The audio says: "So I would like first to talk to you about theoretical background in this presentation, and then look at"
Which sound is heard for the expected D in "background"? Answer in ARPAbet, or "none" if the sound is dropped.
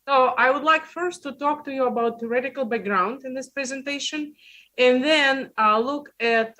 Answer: D